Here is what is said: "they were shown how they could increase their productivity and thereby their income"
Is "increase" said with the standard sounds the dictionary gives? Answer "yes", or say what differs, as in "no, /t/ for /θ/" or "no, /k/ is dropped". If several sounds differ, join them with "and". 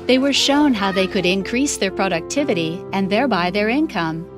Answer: yes